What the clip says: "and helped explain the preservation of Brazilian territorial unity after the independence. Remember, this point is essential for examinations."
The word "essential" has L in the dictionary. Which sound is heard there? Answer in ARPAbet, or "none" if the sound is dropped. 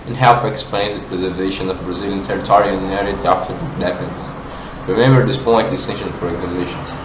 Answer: N